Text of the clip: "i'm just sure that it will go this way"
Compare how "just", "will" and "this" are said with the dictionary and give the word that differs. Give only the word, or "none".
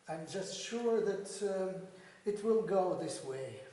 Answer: none